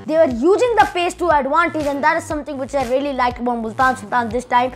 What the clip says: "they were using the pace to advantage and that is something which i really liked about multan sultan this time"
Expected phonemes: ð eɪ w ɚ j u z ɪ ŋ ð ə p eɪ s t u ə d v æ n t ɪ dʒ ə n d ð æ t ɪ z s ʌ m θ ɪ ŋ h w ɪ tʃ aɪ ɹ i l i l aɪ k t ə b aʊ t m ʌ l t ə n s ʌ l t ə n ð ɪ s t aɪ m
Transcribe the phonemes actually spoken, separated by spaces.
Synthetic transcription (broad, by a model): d eɪ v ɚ j u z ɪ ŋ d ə p eɪ s t u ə d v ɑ n t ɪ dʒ ə n d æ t ɪ z s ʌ m t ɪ ŋ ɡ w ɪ tʃ aɪ ɹ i l i l aɪ k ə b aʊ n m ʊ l t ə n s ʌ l t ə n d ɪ s t aɪ m